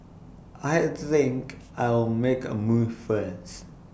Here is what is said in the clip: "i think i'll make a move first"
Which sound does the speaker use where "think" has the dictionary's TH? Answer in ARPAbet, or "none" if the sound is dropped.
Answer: TH